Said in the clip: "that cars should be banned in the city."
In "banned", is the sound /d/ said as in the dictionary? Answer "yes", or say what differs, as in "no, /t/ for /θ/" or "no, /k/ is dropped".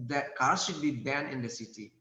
no, /d/ is dropped